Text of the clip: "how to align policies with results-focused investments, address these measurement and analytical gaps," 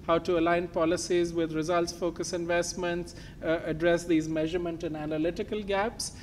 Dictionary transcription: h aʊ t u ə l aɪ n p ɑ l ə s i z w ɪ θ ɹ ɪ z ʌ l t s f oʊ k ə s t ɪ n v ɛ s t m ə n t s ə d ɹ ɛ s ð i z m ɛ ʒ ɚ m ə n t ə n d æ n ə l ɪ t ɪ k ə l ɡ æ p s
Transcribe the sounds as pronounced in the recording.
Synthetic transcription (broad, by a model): h aʊ t u ə l aɪ n p ɑ l ə s i z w ɪ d ɹ ɪ z ʌ l t s f oʊ k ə s ɪ n v ɛ s t m ə n t s ə d ɹ ɛ s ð i z m ɛ ʒ ɚ m ə n t ə n d æ n ə l ɪ t ɪ k ə l ɡ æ p s